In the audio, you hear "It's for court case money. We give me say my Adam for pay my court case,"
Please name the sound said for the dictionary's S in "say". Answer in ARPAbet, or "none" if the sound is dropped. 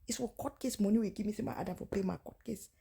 TH